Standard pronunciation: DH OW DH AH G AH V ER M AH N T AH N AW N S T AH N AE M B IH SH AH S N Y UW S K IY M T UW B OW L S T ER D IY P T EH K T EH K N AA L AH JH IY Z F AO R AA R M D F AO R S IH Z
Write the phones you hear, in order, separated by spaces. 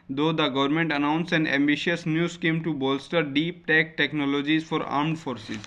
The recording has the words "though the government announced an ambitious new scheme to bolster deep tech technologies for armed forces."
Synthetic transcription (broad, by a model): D OW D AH G AH V ER M AH N T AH N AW N S AH N AE M B IH SH AH S N Y UW S K IY M T UW B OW L S T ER D IY P T EH K T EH K N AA L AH JH IY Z F AO R AA R M D F AO R S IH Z